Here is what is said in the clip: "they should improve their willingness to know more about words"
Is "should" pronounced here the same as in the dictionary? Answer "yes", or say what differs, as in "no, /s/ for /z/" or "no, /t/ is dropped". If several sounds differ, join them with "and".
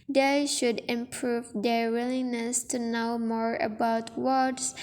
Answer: yes